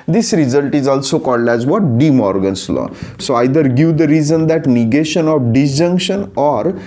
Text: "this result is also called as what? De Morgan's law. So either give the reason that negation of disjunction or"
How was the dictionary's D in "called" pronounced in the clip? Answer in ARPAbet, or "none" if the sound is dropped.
D